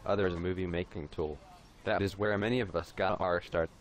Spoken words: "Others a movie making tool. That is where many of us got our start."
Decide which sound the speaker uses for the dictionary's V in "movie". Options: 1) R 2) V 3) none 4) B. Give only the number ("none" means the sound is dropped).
2